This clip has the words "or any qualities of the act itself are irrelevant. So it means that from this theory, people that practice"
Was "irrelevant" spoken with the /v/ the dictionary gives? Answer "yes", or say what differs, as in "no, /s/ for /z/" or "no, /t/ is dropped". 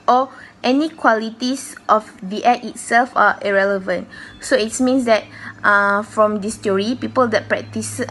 yes